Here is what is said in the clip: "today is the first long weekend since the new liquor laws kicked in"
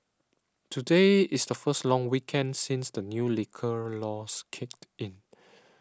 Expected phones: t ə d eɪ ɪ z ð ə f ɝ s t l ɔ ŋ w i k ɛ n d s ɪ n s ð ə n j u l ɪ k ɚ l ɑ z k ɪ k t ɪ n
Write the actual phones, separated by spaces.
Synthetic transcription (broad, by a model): t ə d eɪ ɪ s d ə f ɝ s t l ɔ ŋ w i k ɛ n d s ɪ n s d ə n j u l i k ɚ l ɑ s k ɪ k t ɪ n